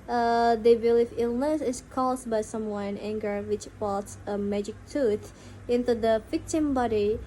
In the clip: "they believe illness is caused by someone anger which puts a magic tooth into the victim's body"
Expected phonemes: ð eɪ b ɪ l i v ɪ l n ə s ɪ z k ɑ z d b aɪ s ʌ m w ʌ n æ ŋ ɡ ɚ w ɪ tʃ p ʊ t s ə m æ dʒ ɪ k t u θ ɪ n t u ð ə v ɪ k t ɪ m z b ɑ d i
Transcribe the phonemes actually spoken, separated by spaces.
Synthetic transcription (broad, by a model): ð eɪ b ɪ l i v ɪ l n ə s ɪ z k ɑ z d b aɪ s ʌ m w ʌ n æ ŋ ɡ ɚ w ɪ tʃ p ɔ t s ə m æ dʒ ɪ k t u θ ɪ n t u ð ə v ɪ k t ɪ m b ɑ d i